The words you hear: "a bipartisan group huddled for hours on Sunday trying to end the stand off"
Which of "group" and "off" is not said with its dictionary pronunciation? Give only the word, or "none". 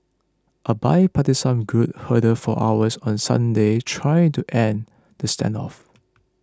group